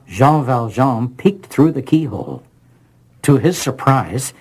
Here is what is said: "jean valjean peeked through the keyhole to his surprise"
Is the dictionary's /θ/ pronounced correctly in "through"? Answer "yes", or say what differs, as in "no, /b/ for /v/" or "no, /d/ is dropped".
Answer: yes